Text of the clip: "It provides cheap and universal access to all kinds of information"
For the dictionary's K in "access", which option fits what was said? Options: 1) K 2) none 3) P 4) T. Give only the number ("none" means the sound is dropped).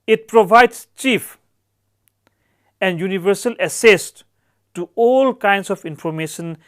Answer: 2